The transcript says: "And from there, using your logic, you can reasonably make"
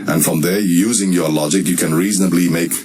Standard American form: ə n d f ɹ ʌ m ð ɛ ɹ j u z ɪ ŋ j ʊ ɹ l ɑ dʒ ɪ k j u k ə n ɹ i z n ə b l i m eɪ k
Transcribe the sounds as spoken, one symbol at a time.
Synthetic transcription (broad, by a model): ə n f ɹ ʌ m ð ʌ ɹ j u z ɪ ŋ j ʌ l ɑ dʒ ɪ k j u k ə n ɹ i z n ə b l i m eɪ k